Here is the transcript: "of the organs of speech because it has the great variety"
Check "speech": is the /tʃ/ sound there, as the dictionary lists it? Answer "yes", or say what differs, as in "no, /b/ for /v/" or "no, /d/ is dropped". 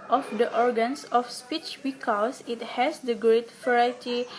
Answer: yes